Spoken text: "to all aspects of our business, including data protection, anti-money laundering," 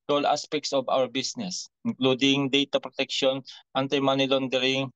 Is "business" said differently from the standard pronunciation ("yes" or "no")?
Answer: yes